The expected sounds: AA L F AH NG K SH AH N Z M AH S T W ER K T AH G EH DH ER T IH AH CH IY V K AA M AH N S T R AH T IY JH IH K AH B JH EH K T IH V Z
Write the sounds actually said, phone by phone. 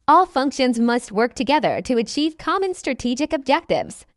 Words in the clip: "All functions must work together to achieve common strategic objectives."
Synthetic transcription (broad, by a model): AA L F AH NG K SH AH N Z M AH S T W ER K T AH G EH DH ER T IH AH CH IY V K AA M AH N S T R AH T IY JH IH K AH B JH EH K T IH V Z